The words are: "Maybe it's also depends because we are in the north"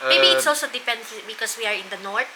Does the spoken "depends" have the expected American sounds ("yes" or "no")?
no